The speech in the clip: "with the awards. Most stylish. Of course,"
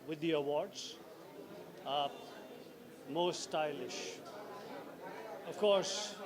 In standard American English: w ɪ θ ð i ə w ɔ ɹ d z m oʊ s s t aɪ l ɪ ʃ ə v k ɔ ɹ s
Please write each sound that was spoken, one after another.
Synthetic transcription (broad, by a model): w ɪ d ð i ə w ɔ ɹ d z m oʊ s s t aɪ l ɪ ʃ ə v k ɔ ɹ s